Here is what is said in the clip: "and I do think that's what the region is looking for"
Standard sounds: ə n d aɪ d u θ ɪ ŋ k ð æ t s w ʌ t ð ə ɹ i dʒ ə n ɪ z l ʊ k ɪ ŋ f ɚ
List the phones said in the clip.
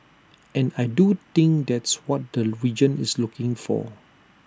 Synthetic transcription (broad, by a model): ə n aɪ d u t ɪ ŋ k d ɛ t s w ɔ t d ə ɹ i dʒ ə n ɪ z l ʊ k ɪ ŋ f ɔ